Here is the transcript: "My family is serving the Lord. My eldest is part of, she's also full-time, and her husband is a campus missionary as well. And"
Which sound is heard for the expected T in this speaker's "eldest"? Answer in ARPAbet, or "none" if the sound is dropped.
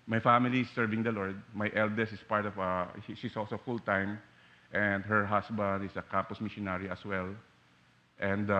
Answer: none